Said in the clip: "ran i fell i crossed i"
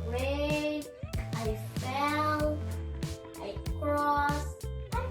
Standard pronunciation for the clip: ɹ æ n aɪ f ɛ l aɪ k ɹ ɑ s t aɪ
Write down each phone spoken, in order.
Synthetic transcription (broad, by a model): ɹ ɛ aɪ f ɛ l aɪ k ɹ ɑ s aɪ